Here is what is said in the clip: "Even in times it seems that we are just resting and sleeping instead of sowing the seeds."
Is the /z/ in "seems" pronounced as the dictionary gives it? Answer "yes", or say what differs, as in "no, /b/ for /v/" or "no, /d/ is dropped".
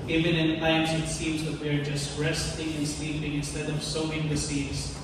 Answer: yes